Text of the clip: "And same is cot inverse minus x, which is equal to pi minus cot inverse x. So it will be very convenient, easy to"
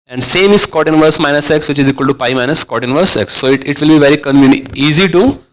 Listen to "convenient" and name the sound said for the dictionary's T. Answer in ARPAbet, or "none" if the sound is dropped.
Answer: none